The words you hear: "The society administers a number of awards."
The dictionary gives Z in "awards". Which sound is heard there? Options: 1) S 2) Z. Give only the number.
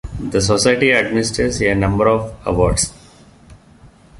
1